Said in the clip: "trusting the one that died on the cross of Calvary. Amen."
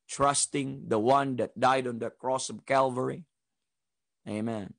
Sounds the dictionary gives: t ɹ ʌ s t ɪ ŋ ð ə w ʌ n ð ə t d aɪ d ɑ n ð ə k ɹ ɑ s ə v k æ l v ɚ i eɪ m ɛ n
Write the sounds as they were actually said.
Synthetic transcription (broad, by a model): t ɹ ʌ s t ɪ ŋ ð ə w ʌ n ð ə t d aɪ d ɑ n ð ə k ɹ ɑ s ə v k æ l v ɚ i eɪ m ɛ n